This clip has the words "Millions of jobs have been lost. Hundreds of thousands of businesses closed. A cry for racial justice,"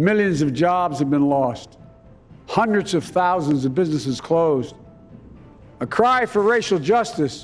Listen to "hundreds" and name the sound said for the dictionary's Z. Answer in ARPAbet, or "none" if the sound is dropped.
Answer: Z